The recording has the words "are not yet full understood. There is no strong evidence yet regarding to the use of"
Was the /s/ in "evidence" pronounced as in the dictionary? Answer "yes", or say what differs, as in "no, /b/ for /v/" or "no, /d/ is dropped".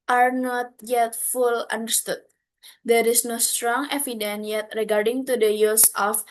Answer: no, /s/ is dropped